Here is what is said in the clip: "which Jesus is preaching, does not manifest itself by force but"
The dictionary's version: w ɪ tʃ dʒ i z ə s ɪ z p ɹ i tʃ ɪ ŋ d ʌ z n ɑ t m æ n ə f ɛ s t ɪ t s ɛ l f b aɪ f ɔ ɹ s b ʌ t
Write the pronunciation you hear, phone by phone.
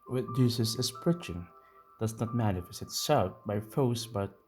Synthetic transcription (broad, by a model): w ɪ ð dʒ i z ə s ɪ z p ɹ i tʃ ɪ ŋ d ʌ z n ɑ t m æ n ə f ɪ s ɪ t s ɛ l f b aɪ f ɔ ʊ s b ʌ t